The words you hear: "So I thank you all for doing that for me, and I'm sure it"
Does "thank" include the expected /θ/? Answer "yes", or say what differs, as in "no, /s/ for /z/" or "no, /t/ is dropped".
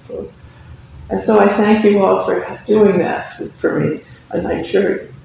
yes